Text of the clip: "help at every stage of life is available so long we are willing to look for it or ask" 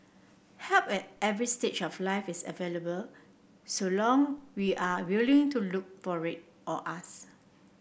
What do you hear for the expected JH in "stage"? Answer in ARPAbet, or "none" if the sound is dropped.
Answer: CH